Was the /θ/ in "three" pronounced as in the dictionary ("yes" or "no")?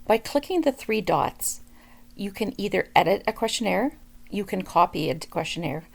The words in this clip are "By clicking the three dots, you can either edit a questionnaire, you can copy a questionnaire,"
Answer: yes